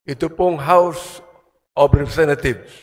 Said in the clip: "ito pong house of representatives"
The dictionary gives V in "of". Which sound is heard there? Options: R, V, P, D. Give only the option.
P